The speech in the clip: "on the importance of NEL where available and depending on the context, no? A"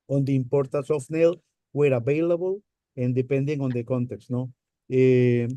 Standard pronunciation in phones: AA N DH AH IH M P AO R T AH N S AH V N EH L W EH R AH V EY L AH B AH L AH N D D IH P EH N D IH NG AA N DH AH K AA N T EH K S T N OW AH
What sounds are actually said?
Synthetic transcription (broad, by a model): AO N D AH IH M P AO R T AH S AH F N EH L W EH R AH B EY L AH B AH L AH N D D IH P EH N D IH NG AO N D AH K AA N T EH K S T N OW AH